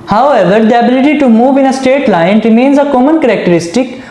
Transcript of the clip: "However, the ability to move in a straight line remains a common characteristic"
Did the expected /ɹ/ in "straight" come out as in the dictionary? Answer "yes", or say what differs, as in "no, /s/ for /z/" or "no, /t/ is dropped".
no, /ɹ/ is dropped